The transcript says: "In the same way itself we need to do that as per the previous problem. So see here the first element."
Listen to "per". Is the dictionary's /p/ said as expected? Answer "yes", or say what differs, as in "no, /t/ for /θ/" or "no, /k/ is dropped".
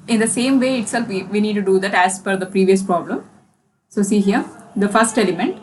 no, /f/ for /p/